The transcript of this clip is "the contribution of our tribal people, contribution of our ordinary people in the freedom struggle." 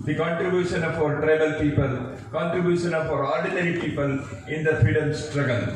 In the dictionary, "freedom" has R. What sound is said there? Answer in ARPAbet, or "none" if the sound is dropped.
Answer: R